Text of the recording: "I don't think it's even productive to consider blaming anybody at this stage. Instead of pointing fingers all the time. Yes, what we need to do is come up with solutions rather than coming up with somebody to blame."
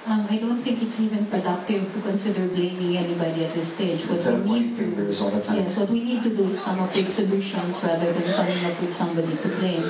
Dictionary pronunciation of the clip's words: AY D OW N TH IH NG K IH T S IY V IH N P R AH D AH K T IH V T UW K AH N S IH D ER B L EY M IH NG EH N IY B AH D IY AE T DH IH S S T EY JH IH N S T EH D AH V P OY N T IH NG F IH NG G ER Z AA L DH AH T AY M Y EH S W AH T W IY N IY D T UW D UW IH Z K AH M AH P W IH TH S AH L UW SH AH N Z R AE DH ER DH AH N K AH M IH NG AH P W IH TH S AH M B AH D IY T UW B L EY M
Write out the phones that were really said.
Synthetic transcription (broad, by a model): AY D OW N T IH NG K IH T S IY V IH N P R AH D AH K T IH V T UW K AH N S IH D ER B L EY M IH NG EH N IY B AH D IY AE T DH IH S S T EY JH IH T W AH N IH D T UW AA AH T Y EH S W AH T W IY N IY D T UW D UW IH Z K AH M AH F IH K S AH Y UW SH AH N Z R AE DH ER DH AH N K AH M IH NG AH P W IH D S AH M B AH D IY T UW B L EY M